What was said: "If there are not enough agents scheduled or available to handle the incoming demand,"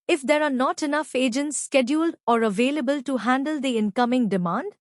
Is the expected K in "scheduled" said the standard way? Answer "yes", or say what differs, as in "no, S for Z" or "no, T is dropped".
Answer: yes